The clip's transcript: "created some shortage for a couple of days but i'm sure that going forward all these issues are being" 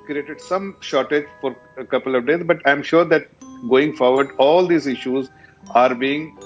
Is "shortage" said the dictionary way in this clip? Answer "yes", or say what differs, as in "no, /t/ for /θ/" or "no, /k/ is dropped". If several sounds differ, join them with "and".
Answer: yes